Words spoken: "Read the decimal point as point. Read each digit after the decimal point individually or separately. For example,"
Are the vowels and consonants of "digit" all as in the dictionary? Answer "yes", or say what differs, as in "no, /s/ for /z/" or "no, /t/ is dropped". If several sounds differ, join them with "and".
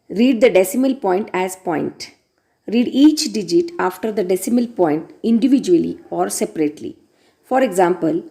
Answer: yes